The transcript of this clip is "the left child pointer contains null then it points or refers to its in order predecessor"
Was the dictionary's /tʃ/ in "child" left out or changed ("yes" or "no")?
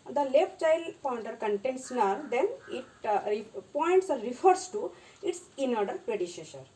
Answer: no